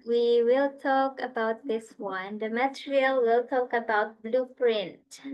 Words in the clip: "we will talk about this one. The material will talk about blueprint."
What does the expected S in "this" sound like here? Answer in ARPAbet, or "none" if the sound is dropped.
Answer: S